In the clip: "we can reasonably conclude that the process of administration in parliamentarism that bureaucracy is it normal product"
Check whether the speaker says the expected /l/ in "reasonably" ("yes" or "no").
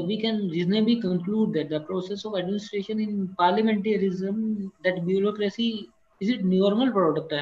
no